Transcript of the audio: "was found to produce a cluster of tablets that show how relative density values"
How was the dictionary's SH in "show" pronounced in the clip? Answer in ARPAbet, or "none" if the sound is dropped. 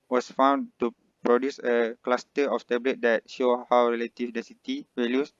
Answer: SH